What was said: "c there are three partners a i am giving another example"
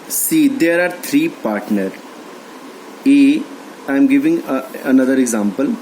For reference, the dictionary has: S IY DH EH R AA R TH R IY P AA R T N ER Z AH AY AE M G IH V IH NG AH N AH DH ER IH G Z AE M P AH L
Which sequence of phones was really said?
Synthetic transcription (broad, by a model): S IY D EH R AA R T R IY P AA R T N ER AH AY M G IH V IH NG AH N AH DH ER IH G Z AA M P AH L